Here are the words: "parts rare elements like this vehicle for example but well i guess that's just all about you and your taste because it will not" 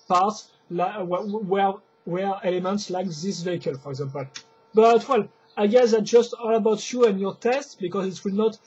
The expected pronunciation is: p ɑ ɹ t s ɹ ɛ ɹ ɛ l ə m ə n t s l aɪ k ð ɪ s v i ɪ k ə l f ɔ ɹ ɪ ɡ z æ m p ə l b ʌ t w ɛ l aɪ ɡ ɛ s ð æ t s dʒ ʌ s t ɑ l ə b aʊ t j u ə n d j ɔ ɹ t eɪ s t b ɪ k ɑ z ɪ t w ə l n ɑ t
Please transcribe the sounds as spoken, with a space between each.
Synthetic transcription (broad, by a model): p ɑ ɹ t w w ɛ ɹ ɛ l ə m ə n t s l aɪ k ð ɪ s v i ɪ k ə l f ɔ ɹ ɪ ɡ z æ m p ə l b ʌ t w ɛ l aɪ ɡ ɛ s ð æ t dʒ ʌ s t ɑ l ə b aʊ t j u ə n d j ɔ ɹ t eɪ s t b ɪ k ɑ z ɪ t w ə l n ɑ t